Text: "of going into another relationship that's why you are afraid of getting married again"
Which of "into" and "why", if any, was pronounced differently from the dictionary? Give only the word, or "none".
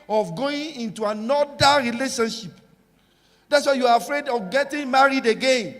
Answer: none